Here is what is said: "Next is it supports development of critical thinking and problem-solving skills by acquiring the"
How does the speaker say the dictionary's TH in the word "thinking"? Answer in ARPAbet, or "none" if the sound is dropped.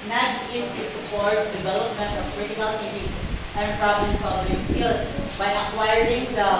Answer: T